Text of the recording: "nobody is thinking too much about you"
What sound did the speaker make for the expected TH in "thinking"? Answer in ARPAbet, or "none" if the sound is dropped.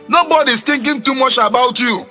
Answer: T